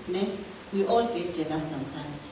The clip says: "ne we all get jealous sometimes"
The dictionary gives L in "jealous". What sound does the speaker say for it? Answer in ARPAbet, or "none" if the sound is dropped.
N